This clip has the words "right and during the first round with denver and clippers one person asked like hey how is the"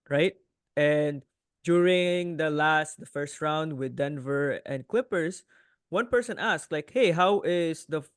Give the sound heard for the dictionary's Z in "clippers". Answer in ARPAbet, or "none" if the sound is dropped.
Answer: S